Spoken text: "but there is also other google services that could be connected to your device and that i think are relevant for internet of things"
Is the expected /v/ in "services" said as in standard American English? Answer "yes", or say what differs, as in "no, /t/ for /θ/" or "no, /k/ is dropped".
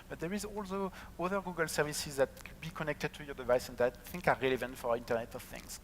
yes